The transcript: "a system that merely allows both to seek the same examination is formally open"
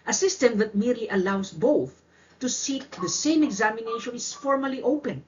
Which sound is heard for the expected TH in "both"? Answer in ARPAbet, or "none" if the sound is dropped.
TH